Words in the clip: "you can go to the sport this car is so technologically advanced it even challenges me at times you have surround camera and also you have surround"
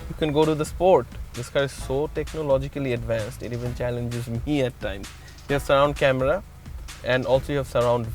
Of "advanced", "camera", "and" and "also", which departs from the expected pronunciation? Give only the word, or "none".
none